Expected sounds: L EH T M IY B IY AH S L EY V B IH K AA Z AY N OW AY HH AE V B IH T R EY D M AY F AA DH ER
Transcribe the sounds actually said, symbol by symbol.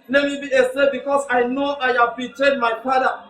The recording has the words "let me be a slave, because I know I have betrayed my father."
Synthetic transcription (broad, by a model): L EH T M IY B IY AH S EY B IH K AA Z AY N OW AY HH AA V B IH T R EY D M AY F AA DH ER